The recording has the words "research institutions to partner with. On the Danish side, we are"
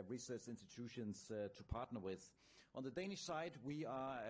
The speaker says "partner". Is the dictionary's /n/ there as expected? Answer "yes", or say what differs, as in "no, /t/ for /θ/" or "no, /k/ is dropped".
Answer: yes